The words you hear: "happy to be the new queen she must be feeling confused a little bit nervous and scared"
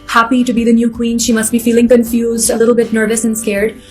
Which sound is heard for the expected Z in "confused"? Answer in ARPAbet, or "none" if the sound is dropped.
Z